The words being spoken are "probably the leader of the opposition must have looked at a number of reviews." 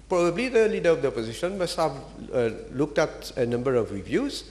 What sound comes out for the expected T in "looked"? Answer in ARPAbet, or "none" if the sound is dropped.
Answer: T